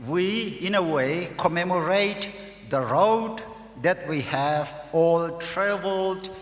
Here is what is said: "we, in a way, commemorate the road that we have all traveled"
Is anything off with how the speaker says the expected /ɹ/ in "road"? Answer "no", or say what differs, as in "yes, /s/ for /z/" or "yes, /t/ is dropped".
no